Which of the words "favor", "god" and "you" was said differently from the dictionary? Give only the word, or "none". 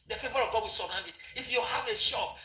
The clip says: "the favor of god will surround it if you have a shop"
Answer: none